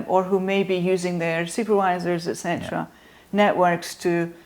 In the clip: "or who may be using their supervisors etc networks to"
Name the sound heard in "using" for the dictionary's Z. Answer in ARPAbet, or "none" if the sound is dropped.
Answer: Z